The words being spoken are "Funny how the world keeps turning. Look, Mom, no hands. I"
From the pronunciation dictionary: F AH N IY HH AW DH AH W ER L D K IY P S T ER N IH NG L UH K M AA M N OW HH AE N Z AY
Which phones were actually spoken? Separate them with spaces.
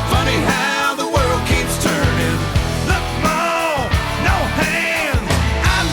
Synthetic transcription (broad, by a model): F AH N IY HH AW DH AH W ER L D K IY P S T ER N IH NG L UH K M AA N OW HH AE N AY